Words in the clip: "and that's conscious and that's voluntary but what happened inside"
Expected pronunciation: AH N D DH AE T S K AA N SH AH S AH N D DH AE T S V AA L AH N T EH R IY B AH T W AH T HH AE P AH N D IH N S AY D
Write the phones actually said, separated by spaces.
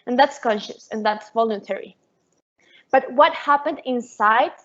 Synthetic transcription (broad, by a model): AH N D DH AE T S K AA N SH AH S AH N DH AE T S V AA L AH N T EH R IY B AH T W AH T HH AE P AH N D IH N S AY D